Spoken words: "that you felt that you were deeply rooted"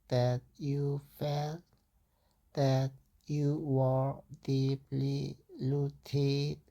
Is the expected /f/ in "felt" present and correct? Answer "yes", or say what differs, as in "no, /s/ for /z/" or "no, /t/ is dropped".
yes